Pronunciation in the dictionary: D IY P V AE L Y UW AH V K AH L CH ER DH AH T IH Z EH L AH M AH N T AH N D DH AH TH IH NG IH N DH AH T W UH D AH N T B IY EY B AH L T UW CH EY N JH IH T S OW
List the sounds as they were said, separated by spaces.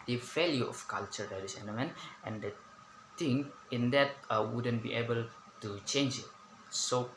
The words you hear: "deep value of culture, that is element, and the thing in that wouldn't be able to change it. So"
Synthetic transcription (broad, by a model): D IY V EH L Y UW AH F K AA L CH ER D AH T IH S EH N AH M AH N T AH N D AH T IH NG IH N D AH T W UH D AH N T B IY EY B AH L T UW CH EY N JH IH T S OW